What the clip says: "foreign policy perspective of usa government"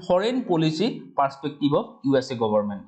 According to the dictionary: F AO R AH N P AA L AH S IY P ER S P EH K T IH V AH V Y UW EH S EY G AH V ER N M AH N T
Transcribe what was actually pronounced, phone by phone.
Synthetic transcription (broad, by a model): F AO R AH N P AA L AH S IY P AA S P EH K T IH B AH B Y UW EH S EY G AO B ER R M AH N T